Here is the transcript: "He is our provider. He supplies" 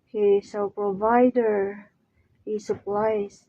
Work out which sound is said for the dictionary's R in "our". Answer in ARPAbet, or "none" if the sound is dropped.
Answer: L